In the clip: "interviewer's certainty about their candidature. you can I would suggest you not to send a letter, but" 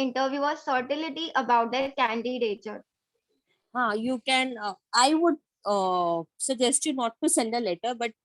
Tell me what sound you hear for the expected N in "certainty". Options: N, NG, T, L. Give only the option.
L